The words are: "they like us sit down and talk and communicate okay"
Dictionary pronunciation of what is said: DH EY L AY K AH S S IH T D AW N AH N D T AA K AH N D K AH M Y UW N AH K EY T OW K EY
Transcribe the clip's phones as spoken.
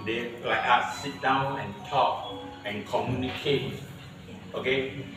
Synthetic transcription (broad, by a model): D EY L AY AA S S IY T D AW N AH N T AA K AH N K AH M Y UW N AH K EY T OW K EY